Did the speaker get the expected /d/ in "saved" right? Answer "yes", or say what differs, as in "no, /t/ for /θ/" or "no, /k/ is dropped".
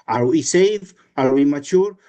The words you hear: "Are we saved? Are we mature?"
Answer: no, /d/ is dropped